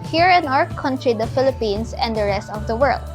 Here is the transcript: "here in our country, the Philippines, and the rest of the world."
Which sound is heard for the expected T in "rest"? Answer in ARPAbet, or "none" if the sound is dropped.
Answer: T